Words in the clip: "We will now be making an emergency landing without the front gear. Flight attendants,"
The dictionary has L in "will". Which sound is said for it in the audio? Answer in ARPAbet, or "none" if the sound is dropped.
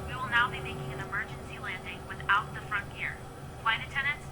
L